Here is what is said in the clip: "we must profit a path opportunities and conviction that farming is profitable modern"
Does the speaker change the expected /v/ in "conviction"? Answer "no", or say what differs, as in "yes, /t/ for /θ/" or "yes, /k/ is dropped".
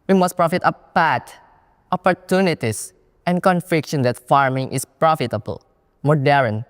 yes, /f/ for /v/